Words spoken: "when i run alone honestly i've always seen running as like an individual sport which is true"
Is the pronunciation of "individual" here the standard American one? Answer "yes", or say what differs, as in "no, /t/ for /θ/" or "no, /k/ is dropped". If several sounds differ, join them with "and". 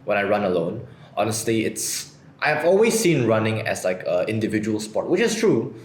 yes